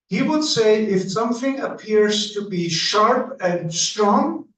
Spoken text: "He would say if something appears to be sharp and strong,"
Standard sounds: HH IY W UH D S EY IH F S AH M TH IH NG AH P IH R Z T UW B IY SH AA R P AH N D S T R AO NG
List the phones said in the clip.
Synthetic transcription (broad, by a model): HH IY W UH D S EY IH F S AH M TH IH NG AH P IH R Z T UW B IY SH AA R P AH N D S T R AO NG